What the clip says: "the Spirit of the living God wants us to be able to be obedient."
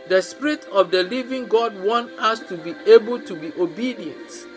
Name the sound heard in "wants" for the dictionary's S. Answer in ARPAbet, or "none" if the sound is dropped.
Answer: none